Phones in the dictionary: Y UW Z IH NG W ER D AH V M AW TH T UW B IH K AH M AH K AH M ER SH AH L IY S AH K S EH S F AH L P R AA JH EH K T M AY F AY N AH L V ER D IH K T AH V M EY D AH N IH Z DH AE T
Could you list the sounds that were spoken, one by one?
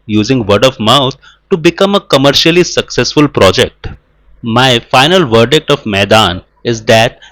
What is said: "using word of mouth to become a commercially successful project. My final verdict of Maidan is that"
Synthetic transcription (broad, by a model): Y UW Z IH NG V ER D AH V M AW T T UW B IH K AH M AH K AH M ER SH AH L IY S AH K S EH S F AH L P R AA JH EH K T M AY F AY N AH L V ER D IH K T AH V M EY D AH N IH Z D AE T